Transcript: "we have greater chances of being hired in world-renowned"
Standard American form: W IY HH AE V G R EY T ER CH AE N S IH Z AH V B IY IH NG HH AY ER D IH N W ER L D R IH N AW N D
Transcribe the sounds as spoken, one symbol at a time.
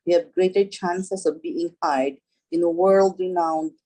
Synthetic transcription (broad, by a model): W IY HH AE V G R EY T ER CH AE N S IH S AH V B IY IH NG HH AY D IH N W ER L D R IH N AW N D